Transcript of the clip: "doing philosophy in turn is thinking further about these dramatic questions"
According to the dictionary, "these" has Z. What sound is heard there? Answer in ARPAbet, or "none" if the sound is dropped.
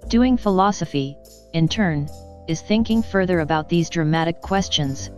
Z